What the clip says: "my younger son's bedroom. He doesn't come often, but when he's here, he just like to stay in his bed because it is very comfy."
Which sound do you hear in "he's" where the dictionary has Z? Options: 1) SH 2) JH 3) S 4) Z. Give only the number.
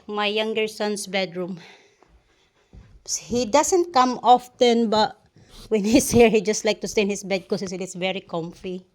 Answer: 3